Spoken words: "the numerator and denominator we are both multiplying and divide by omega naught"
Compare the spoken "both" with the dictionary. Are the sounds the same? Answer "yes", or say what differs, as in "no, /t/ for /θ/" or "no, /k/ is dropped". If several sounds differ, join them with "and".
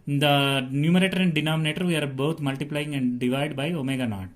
no, /t/ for /θ/